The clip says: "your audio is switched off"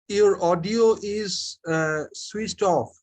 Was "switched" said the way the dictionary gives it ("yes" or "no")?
no